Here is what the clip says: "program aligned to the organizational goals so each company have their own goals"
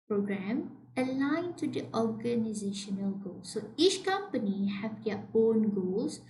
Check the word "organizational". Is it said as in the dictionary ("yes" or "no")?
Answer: yes